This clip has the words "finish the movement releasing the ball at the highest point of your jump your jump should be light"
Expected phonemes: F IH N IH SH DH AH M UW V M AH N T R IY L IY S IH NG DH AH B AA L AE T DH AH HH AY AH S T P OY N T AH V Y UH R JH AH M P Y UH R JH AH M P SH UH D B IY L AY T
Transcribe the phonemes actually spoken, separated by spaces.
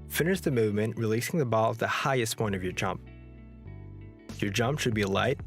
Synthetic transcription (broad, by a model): F IH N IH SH DH AH M UW V M AH N T R IY L IY S IH NG DH AH B AA L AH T DH AH HH AY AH S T P OY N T AH V Y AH R JH AH M P Y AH R JH AH M P SH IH D B IY L AY T